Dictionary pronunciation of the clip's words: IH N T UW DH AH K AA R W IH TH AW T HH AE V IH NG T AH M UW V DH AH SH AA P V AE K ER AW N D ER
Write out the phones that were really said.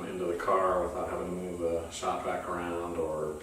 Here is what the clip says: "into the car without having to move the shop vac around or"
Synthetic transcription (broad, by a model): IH N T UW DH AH K AA R W IH TH AW T HH AE V IH NG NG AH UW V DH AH S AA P B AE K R AW N D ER